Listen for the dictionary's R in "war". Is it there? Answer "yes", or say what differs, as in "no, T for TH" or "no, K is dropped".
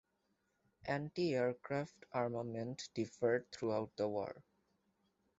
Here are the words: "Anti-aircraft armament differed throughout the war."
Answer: yes